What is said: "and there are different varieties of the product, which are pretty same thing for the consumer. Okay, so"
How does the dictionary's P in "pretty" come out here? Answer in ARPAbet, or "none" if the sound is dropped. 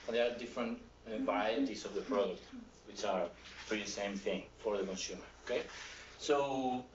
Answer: F